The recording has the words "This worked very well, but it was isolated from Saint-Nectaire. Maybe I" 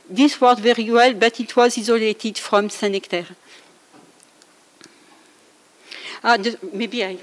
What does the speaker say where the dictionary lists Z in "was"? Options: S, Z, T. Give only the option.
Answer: Z